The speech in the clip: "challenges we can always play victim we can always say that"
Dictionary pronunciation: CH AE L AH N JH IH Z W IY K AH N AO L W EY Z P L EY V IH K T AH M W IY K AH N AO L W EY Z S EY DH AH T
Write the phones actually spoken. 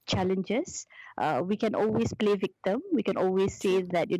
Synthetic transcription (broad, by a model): CH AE L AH N JH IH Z W IY K AH N AO L W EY S P L EY V IH K T AH M W IY K AH N AO L W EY S EY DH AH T